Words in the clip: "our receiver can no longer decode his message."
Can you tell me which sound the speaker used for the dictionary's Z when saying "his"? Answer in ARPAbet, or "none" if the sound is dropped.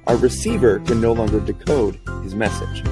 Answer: Z